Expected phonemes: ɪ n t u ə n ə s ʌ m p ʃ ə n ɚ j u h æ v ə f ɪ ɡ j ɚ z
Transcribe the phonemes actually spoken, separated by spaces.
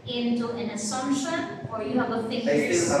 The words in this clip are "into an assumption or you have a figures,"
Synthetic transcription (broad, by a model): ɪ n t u ə n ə s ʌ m ʃ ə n ɚ j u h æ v ə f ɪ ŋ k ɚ